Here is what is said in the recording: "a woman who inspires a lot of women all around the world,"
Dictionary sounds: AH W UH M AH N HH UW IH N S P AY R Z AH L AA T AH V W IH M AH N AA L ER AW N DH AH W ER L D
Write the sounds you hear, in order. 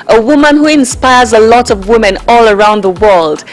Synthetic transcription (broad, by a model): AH W UH M AH N HH UW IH N S P AY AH Z AH L AA T AH V W IH M AH N AA L ER AW N DH AH W ER L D